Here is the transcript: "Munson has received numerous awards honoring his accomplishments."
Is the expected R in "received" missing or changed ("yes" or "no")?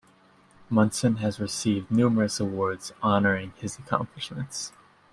no